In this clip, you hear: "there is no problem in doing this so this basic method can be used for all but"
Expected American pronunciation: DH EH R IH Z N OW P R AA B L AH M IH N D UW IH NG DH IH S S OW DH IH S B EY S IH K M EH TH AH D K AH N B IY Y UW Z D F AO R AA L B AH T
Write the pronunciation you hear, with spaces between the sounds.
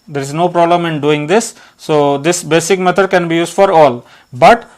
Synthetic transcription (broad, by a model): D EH R IH Z N OW P R AA B L AH M IH N D UW IH NG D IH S S OW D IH S B EY S IH K M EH T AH D K AH N B IY Y UW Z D F AO R AA L B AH T